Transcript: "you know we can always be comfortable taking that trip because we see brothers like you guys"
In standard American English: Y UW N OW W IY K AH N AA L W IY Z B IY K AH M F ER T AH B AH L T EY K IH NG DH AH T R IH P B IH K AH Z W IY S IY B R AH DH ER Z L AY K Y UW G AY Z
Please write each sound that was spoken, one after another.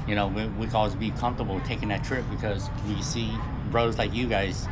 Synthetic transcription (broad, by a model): Y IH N OW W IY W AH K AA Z B IY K AH M F T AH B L T EY K IH NG DH AH T R IH P B IH K AH Z W IY S IY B R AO UH Z L AY K Y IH G AY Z